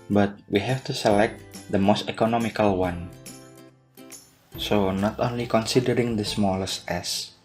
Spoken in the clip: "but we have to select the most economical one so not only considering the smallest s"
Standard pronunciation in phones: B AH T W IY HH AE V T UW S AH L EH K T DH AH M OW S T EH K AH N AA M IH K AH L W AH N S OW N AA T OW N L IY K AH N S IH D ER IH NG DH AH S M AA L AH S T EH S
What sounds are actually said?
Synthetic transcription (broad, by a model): B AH T W IY HH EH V T UW S AH L EH K T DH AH M OW S T EH K AH N AA M IH K AH L W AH N S OW N AA T OW N L IY K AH N S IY D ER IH NG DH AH S M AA L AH S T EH S